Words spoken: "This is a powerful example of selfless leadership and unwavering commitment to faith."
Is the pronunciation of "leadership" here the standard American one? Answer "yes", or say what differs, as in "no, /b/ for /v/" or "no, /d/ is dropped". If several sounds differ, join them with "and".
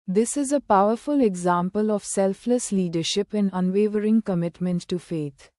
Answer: yes